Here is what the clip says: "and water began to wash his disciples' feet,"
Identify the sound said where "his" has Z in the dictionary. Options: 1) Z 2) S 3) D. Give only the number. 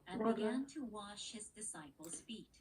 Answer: 1